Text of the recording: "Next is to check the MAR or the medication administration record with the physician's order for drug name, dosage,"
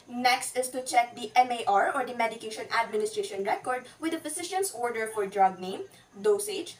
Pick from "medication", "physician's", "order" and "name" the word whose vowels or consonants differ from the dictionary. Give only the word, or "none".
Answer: physician's